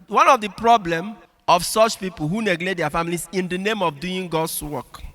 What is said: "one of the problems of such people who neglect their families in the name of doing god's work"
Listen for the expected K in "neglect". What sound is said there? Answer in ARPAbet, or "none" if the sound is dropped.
none